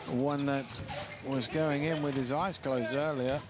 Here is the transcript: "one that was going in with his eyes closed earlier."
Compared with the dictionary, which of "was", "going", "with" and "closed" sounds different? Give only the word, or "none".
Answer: closed